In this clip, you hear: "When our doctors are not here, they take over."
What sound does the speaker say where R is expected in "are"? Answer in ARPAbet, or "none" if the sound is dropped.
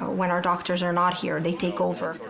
R